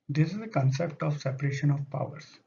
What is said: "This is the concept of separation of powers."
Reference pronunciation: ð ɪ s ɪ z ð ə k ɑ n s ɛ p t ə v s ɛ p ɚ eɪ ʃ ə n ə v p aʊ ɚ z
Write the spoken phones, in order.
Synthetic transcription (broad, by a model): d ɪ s ɪ z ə k ɑ n s ɛ p t ə v s ɛ p ɚ eɪ ʃ ə n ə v p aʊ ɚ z